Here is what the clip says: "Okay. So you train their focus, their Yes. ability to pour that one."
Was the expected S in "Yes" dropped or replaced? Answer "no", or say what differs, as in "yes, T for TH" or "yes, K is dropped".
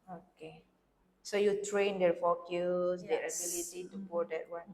yes, S is dropped